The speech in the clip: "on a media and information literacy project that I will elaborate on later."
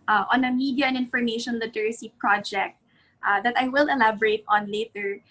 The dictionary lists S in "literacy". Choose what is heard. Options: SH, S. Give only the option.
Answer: S